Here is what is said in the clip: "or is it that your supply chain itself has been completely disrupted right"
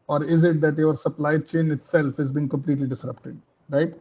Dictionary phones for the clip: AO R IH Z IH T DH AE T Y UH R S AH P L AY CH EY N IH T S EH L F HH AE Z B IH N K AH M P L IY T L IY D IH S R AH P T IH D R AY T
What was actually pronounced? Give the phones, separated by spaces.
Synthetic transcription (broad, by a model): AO R IH Z IH T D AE T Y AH R S AH P L AY CH EY N IH T S EH L F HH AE Z B IH N K AH M P L IY T L IY D IH S R AH P T IH D R AY T